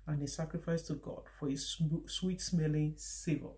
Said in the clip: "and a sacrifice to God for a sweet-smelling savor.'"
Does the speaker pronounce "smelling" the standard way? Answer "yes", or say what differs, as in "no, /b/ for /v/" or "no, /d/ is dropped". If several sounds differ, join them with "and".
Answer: yes